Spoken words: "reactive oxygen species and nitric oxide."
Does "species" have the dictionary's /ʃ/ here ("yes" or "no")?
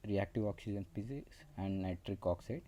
no